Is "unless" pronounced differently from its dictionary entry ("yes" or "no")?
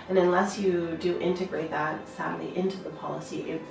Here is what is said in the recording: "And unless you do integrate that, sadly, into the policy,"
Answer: no